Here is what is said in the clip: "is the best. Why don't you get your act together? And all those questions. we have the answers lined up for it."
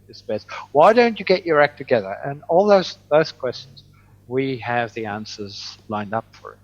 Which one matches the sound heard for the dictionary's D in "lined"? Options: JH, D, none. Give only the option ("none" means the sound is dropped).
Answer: D